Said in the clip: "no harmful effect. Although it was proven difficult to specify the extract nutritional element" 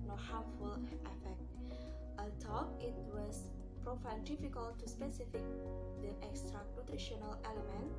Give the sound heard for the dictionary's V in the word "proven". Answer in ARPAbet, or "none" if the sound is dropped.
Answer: F